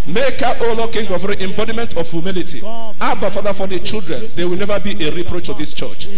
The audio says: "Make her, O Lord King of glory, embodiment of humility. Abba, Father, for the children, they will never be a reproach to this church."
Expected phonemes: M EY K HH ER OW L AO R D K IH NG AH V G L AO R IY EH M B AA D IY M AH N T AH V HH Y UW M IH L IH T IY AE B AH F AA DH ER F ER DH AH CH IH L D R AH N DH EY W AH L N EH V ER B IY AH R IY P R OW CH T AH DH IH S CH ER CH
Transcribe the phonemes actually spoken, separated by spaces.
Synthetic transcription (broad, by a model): M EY K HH OW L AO K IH NG G AO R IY EH M B AA D IY M AH N T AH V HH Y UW M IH L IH T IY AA B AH F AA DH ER F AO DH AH CH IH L D R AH N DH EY W AH L N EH V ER B IY AH R IY P R OW CH T AH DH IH S CH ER CH